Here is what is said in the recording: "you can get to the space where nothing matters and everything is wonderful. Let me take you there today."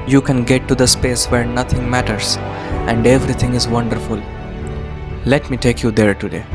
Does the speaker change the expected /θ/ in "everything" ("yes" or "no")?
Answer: yes